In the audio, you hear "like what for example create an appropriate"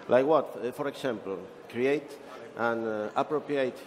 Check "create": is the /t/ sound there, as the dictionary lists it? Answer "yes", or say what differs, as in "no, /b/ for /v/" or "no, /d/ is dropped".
yes